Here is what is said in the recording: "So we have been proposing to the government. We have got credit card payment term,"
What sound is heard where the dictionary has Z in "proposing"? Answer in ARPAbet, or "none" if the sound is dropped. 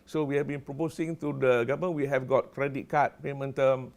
S